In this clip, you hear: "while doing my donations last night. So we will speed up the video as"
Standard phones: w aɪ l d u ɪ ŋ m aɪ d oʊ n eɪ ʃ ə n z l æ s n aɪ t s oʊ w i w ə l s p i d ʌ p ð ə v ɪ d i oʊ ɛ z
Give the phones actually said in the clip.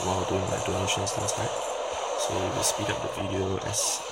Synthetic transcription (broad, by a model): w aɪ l d u ɪ ŋ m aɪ d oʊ n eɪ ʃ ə n s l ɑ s l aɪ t s oʊ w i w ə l s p i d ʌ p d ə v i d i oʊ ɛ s